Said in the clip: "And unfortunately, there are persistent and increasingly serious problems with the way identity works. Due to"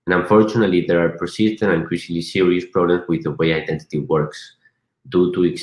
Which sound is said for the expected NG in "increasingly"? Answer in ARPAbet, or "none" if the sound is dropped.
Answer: none